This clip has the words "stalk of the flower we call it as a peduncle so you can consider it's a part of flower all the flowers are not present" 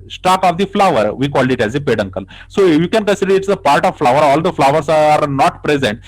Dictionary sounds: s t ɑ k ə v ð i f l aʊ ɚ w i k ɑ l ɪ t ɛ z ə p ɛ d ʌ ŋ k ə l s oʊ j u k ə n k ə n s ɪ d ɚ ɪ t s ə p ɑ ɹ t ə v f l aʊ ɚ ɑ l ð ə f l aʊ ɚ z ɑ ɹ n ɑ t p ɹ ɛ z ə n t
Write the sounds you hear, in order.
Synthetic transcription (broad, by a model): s t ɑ k ə v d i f l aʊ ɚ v i k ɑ l ɪ t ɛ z ə p ɛ d ʌ ŋ k ə l s oʊ j u k ə n k ə n s ɪ d ɚ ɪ t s ə p ɑ ɹ t ə v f l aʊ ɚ ɑ l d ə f l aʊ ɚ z ɑ ɹ n ɑ t p ɹ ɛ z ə n t